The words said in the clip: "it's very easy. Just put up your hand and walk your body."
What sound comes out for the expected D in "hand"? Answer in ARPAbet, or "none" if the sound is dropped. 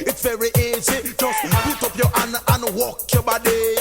none